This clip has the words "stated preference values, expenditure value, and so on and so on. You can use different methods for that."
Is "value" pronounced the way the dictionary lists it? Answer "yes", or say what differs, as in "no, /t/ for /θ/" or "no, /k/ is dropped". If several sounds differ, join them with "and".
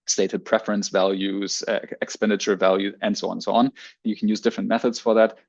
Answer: yes